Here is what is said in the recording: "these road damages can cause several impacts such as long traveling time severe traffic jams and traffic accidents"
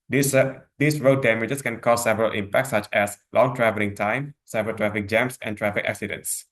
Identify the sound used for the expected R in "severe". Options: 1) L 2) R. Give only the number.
1